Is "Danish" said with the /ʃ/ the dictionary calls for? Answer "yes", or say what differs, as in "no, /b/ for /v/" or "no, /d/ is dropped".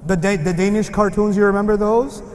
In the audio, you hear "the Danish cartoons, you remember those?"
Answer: yes